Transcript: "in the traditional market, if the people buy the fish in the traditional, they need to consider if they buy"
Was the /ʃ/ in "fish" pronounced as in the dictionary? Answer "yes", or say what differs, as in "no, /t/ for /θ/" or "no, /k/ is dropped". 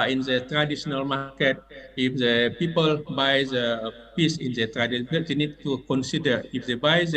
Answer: no, /s/ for /ʃ/